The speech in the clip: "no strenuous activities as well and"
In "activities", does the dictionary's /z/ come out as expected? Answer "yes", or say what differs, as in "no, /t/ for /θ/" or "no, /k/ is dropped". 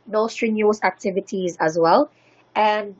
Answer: yes